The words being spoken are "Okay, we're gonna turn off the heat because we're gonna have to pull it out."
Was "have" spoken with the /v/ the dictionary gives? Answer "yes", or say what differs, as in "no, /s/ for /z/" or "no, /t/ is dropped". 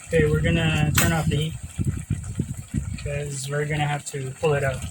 no, /f/ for /v/